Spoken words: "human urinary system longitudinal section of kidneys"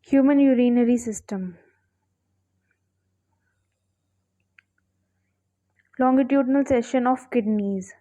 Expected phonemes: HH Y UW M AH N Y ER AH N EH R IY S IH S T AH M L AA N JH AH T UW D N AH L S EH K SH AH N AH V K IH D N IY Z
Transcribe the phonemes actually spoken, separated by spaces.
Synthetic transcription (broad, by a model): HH Y UW M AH N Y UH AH N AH R IY S IH S T AH M L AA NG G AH T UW D N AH L S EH SH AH N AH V K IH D N IY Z